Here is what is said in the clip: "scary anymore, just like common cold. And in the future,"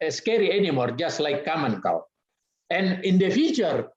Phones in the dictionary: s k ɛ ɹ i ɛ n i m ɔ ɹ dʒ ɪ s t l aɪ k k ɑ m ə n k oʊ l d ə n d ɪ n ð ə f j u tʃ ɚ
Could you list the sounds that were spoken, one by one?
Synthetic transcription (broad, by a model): s k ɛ ɹ i ɛ n i m ɔ ɹ dʒ ɪ s t l aɪ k k ɑ m ə n k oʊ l ə n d ɪ n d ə f j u tʃ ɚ